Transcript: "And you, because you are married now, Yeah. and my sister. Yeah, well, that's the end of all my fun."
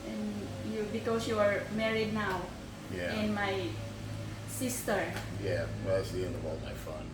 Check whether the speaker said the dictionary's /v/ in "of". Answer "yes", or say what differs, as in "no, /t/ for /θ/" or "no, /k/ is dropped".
no, /w/ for /v/